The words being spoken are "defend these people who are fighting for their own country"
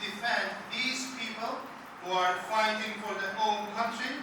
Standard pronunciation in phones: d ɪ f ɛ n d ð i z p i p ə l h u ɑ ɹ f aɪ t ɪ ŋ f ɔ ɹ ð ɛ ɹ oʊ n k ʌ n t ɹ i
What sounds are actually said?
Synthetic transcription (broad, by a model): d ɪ f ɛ n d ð i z p i p ə l h u ɑ ɹ f aɪ t ɪ ŋ f ɔ ɹ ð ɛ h oʊ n k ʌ n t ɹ i